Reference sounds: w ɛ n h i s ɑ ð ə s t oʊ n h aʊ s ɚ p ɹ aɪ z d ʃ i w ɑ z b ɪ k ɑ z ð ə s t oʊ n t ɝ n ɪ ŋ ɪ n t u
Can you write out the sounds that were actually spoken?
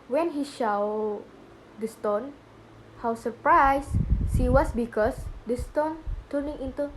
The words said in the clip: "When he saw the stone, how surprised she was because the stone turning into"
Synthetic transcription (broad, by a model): w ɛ n h i ʃ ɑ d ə s t oʊ n h aʊ s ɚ p ɹ aɪ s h i w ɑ s b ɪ k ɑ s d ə s t oʊ n t ɝ n ɪ ŋ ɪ n t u